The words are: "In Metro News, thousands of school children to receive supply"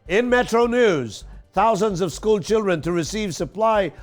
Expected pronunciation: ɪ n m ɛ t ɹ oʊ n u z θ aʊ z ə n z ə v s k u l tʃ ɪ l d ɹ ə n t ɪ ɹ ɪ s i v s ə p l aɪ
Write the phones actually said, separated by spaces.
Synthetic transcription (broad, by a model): ɪ n m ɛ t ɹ oʊ n u z θ aʊ z ə n z ə v s k u l tʃ ɪ l d ɹ ə n t ɪ ɹ ɪ s i v s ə p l aɪ